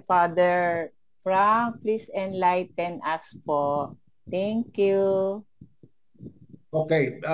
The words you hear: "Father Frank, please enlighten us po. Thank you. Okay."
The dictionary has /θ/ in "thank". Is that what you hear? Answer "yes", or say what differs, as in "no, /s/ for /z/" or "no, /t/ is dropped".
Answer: no, /t/ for /θ/